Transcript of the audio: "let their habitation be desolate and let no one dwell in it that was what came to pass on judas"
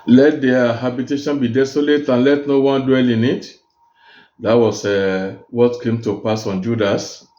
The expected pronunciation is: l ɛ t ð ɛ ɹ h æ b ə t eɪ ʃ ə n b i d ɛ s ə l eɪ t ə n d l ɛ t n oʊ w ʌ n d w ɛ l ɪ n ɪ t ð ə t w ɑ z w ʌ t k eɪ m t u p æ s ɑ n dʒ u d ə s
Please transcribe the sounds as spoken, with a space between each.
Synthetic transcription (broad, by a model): l ɛ t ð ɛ h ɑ b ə t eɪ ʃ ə n b i d ɛ s ə l eɪ t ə n l ɛ t n oʊ w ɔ n d w ɛ l ɪ n ɪ t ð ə t w ɑ s w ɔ t k eɪ m t u p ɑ s ɑ n dʒ u d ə s